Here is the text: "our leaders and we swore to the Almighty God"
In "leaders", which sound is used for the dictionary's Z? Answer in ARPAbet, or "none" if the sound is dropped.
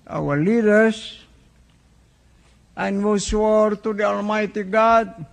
S